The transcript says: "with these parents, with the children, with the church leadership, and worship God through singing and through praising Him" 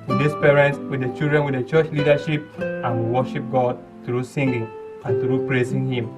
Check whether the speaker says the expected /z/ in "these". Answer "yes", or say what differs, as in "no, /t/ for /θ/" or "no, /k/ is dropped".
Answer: no, /s/ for /z/